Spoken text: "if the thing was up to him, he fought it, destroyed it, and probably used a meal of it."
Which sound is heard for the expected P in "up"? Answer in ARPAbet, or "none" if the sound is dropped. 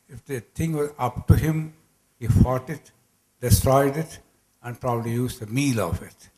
P